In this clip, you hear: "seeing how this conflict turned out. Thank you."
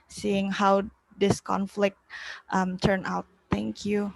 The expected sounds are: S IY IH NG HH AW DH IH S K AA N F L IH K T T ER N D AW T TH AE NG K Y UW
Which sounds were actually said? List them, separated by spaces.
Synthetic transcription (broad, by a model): S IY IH NG HH AW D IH S K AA N F L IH K T T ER N AW T T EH NG K Y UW